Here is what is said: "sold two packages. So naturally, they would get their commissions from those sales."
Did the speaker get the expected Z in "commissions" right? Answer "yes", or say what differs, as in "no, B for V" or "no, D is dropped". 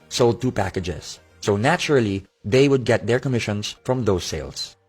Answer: no, S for Z